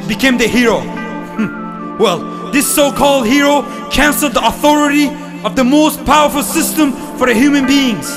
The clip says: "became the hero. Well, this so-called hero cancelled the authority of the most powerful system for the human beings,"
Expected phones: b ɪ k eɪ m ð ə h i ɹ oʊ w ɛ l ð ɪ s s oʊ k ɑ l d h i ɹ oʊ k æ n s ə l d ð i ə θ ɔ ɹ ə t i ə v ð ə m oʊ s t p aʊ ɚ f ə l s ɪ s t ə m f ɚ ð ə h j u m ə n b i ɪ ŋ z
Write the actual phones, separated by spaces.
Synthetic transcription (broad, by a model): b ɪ k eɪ m ð ə h i ɹ oʊ w ɛ l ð ɪ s s oʊ k ɑ l d h i ɹ oʊ k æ n s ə l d ð i ə θ ɔ ɹ ə t i ə v ð ə m oʊ s t p aʊ ɚ f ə l s ɪ s t ə m f ɚ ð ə h j u m ə n b i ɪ ŋ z